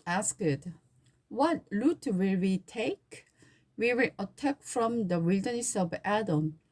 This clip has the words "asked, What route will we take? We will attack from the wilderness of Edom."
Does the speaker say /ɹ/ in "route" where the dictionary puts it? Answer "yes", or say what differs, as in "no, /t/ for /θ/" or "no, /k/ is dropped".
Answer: no, /l/ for /ɹ/